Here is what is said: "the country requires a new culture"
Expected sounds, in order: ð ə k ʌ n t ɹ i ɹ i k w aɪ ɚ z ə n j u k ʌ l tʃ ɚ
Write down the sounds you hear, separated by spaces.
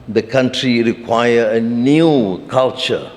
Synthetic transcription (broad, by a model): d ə k ʌ n t ɹ i ɹ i k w aɪ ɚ ə n j u k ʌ l tʃ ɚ